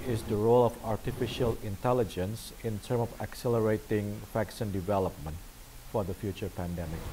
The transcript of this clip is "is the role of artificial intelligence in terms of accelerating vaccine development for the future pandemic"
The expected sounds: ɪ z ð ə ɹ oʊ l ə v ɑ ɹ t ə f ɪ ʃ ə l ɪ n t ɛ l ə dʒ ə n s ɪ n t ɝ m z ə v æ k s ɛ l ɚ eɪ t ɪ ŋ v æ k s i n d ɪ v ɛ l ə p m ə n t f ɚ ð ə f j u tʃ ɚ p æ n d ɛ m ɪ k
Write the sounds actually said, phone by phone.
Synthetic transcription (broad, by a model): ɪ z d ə ɹ oʊ l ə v ɑ ɹ t ə f ɪ ʃ ə l ɪ n t ɛ l ə dʒ ə n s ɪ n t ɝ m ə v æ k s ɛ l ɚ eɪ t ɪ ŋ f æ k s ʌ n d ɪ v ɛ l ə p m ə n t f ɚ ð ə f j u tʃ ɚ p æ n d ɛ m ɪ k